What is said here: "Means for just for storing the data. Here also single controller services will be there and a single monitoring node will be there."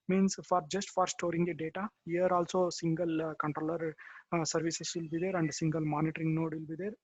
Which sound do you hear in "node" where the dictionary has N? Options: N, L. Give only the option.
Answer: N